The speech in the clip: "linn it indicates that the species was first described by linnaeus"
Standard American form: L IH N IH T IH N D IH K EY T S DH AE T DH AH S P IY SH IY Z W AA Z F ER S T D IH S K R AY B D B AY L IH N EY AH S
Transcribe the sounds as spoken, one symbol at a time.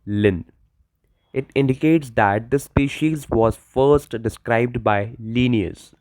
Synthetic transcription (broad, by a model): L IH N IH T IH N D IH K EY T S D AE T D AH S P IY SH IY Z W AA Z F ER S T D IH S K R AY B D B AY L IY N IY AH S